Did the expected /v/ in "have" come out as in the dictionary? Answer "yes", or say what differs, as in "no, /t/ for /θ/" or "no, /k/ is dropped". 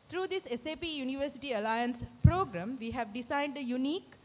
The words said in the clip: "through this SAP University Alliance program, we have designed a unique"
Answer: yes